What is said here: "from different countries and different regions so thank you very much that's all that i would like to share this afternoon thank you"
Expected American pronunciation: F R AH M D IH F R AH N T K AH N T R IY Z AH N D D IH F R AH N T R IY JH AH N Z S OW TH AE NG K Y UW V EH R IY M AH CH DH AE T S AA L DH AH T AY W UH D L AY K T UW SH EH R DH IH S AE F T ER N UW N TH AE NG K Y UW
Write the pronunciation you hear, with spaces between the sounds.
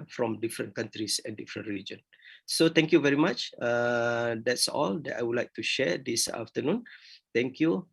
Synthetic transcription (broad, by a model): F R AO M D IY F R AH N K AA N T R IY S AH N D D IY F R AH N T R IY JH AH N S OW T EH NG K Y UW V EH R IY M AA CH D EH T S AA L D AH T AY W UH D L AY K T UW SH EH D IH S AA F T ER N UW N T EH NG K Y UW